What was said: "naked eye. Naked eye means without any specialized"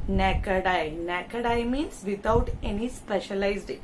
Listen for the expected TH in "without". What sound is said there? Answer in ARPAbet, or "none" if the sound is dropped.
T